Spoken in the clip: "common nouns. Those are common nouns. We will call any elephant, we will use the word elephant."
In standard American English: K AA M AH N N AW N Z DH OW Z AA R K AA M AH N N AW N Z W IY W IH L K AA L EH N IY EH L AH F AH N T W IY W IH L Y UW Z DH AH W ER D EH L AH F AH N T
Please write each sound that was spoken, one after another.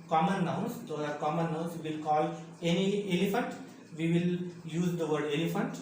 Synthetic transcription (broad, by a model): K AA M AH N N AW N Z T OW AA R K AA M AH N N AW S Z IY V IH L K AA L EH N IY EH L AH F AH N T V IY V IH L Y UW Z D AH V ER D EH L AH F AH N T